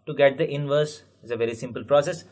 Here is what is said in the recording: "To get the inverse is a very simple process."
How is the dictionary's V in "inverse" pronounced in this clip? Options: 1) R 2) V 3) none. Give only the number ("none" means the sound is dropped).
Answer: 2